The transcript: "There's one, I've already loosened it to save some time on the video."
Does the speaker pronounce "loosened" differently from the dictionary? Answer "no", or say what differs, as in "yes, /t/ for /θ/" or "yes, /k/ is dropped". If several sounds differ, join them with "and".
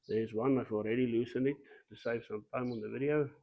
yes, /d/ is dropped